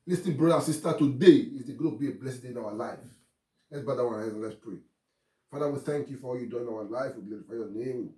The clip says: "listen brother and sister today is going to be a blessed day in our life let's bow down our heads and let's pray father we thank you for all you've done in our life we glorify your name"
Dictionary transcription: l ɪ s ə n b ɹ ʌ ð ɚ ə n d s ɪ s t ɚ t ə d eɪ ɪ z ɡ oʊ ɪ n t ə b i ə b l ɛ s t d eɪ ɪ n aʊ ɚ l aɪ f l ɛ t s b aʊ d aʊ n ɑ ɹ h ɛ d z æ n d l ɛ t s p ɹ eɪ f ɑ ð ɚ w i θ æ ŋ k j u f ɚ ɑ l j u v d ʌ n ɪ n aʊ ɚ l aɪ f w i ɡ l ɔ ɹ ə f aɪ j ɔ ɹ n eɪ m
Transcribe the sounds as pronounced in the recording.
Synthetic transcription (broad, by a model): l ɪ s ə b ɹ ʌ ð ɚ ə s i s t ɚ t ə d eɪ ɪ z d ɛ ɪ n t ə b i ə b l ɛ s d d eɪ ɪ n aʊ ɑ l aɪ f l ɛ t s b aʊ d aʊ ɑ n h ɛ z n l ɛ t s p ɹ eɪ f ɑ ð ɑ w i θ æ ŋ k j u f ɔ ɑ l j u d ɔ ɪ n aʊ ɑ l aɪ f w i ɡ l ɔ ɹ ə f aɪ j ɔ n eɪ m